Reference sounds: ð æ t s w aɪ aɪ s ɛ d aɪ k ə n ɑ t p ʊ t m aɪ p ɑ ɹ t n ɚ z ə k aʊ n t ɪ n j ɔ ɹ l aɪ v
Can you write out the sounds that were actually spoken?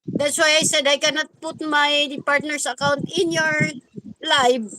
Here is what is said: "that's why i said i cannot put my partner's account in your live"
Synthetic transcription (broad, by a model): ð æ t s w aɪ aɪ s ɛ d aɪ k ə n ɑ t p ʊ t m aɪ p ɑ ɹ t n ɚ s ə k aʊ n t ɪ n j ɔ ɹ l aɪ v